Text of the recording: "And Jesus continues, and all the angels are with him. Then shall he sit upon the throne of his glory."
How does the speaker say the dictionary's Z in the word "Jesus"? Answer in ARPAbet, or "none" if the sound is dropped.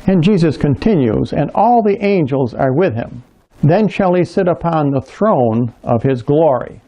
Z